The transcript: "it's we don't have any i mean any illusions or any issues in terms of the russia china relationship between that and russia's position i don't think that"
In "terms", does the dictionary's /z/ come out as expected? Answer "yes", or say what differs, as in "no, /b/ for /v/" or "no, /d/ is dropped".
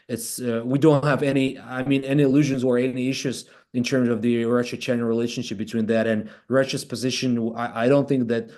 yes